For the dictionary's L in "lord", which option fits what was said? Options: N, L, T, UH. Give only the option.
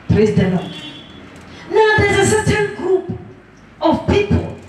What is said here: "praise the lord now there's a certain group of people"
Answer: N